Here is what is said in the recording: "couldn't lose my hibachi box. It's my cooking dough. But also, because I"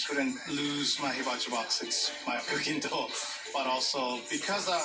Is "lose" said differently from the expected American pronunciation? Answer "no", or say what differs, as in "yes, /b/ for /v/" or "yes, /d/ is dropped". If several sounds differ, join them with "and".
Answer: no